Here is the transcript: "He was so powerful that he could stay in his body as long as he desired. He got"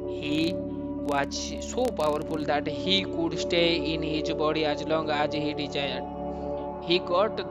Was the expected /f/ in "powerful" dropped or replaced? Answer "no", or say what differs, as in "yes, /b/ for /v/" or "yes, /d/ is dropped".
yes, /p/ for /f/